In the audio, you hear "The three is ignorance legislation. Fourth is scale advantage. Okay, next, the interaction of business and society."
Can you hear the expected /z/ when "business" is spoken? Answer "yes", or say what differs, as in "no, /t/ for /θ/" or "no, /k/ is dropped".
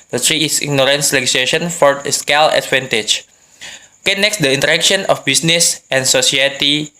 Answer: no, /s/ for /z/